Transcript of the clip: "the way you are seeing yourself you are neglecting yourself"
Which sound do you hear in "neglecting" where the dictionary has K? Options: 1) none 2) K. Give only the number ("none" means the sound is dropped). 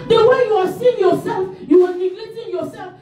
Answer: 1